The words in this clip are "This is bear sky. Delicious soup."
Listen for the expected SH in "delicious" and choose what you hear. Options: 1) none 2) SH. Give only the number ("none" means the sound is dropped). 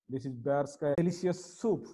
1